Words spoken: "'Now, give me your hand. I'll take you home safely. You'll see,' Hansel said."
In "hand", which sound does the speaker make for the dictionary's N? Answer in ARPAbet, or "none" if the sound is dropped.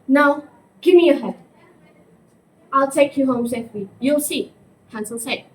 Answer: none